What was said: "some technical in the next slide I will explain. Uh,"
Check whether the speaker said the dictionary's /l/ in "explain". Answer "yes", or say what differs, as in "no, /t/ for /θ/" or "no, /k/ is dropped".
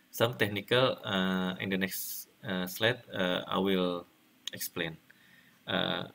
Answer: yes